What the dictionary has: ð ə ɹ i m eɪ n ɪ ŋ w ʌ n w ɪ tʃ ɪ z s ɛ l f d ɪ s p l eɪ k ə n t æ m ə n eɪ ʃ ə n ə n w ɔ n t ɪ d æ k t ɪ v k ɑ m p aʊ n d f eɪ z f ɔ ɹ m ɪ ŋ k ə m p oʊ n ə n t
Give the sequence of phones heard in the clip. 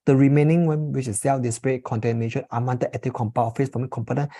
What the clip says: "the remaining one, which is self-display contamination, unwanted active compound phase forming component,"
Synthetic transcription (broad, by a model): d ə ɹ i m eɪ n ɪ ŋ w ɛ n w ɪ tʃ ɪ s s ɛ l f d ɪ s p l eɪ k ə n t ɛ m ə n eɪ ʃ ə n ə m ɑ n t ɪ ɛ t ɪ k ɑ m p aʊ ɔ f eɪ s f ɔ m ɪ k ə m p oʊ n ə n